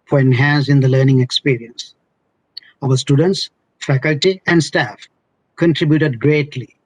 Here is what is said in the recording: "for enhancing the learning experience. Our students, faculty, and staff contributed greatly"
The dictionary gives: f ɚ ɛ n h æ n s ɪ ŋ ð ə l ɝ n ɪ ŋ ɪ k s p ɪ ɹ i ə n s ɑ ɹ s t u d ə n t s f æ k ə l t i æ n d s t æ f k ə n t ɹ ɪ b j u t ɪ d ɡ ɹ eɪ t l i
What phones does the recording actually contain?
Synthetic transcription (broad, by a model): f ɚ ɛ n h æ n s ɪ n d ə l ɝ n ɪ ŋ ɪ k s p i ɹ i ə n s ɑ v s t u d ə n t s f æ k ə l t i æ n d s t æ f k ə n t ɹ ɪ b j u t ɪ d ɡ ɹ eɪ t l i